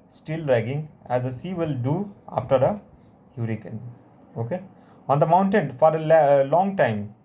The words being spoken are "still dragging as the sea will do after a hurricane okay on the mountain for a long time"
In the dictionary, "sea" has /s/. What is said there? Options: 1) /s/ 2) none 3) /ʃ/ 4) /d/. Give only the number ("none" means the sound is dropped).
1